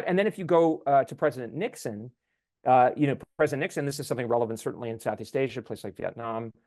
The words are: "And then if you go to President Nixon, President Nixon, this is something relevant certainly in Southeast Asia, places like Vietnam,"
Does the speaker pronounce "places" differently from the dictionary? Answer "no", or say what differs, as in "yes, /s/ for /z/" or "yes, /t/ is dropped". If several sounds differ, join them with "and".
yes, /s/ is dropped and /s/ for /z/